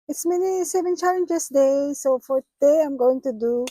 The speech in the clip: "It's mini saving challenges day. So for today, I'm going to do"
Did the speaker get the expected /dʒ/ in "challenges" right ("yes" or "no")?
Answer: no